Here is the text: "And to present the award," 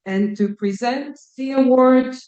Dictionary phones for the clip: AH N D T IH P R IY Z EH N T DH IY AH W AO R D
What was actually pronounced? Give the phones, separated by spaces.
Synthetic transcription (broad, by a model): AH N T IH P R IY Z EH N T DH IY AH W AO R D